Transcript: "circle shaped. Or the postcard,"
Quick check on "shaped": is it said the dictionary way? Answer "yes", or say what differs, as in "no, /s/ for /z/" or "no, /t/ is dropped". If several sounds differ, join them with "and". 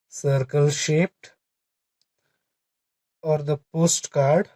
yes